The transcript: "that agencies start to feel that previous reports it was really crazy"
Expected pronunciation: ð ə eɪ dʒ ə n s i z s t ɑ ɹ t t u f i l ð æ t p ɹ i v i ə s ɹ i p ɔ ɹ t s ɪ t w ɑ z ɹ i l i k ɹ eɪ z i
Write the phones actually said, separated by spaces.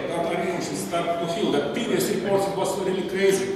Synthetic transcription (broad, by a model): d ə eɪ ə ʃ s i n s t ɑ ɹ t t u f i l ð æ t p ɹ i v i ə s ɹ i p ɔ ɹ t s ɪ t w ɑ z ɹ i l i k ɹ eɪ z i